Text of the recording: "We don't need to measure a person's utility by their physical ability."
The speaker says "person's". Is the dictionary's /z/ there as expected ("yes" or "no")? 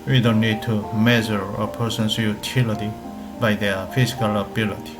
no